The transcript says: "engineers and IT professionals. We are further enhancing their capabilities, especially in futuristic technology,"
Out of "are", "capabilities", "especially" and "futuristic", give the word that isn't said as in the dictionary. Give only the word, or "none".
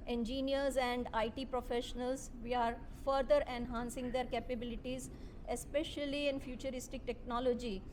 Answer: none